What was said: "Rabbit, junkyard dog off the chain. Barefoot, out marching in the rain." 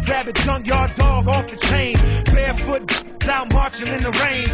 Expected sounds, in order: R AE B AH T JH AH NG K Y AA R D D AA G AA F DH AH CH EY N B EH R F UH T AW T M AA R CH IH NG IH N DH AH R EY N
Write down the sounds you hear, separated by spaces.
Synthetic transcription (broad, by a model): R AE B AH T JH AH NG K Y AA R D D AA G AA F DH AH CH EY N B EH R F UH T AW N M AA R CH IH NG IH N DH AH R EY N